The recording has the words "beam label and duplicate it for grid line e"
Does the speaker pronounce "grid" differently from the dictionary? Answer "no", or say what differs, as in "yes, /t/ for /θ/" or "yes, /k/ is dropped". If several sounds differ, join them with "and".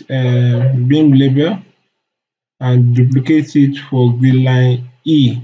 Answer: yes, /ɹ/ is dropped